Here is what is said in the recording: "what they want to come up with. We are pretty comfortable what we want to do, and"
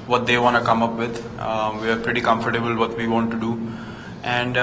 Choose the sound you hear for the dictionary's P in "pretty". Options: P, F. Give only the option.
P